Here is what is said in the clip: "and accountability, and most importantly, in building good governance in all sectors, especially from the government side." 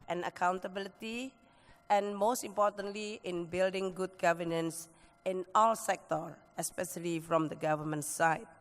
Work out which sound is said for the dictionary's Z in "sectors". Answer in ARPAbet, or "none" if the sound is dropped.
none